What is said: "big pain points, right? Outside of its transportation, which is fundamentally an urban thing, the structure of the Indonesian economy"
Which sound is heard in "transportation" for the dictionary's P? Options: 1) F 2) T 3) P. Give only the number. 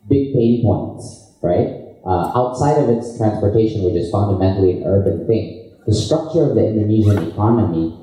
3